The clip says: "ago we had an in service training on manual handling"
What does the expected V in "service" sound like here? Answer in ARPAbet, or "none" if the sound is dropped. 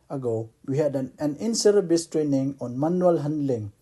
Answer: B